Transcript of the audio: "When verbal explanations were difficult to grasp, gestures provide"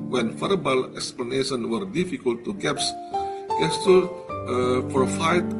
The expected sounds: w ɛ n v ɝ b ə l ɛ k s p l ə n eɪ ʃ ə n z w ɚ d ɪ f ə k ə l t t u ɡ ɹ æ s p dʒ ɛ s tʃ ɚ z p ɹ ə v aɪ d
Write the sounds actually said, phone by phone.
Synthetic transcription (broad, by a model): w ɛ n f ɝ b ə l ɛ k s p l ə n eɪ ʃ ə n w ɚ d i f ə k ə l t t u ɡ ɛ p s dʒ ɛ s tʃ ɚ p ɹ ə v aɪ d